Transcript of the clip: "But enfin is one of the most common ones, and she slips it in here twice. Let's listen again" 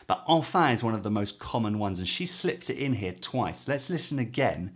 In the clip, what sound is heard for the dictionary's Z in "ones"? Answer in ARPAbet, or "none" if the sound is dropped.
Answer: Z